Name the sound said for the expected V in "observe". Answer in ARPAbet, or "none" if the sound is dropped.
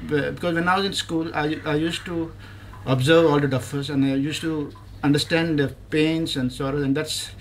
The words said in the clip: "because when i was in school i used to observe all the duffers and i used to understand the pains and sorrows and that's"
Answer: V